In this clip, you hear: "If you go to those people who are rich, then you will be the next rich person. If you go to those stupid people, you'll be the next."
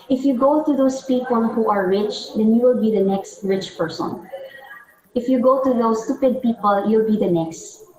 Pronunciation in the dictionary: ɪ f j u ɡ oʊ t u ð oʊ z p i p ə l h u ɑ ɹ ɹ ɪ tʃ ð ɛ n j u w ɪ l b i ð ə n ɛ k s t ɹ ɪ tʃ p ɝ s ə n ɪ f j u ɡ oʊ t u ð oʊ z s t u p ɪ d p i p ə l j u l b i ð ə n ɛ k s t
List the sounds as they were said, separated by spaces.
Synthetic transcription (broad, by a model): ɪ f j u ɡ oʊ t u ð oʊ s p i p ə l h u ɑ ɹ ɹ ɪ tʃ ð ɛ n j u w ɪ l b i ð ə n ɛ k s t ɹ ɪ tʃ p ɝ s ə n ɪ f j u ɡ oʊ t u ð oʊ s t u p ɪ d p i p ə l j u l b i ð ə n ɛ k s t